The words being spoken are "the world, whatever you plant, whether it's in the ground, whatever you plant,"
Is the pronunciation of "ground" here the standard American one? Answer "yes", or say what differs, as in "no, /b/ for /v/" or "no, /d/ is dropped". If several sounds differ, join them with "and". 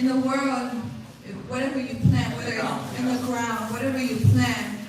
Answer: yes